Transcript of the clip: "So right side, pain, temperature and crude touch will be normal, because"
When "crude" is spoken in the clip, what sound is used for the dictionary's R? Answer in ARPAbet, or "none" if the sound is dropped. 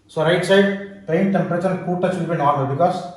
none